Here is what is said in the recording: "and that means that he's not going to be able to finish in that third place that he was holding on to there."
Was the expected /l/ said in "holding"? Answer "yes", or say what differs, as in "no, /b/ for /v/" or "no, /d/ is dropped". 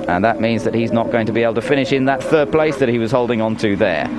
yes